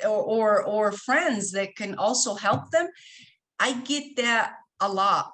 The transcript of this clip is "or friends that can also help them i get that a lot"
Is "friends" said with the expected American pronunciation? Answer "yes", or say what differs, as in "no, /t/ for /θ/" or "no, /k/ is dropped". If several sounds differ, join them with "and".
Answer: yes